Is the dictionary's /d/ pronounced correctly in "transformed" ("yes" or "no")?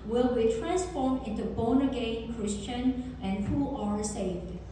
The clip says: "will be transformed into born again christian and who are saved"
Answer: no